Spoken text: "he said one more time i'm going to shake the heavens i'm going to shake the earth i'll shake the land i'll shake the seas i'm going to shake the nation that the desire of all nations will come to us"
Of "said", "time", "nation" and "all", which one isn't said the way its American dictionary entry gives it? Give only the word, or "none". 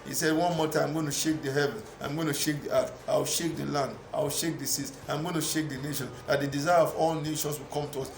time